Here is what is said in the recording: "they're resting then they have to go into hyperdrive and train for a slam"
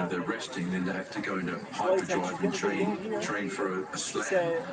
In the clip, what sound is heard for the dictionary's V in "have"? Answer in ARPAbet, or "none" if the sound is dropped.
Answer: F